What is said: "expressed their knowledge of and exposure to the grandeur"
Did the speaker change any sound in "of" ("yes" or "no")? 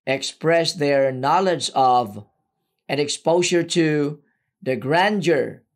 no